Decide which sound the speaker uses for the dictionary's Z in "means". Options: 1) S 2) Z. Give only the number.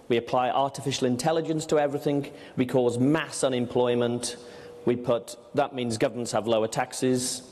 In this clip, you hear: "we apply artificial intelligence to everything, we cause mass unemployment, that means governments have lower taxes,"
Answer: 2